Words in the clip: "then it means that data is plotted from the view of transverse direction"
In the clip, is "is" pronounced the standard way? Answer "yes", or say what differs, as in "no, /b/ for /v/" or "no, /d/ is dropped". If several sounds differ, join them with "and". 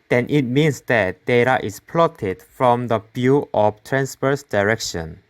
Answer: no, /s/ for /z/